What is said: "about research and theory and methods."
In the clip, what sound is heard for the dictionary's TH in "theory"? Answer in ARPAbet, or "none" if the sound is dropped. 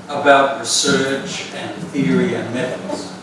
TH